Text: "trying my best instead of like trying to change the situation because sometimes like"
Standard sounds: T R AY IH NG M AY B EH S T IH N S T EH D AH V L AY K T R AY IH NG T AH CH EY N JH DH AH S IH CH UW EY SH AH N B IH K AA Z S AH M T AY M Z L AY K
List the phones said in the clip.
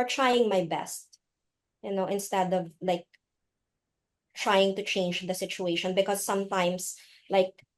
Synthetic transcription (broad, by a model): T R AY IH NG M AY B EH S T IH N S T EH D AH V L AY K T R AY IH NG T AH CH EY N JH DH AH S IH CH UW EY SH AH N B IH K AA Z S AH M T AY M S L AY K